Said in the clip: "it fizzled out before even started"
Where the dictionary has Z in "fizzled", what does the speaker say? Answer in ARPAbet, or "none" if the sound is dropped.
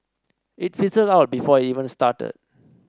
S